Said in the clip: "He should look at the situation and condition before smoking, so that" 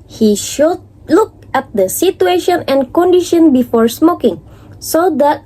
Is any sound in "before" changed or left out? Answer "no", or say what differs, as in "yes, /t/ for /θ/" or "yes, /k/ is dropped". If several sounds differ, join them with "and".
no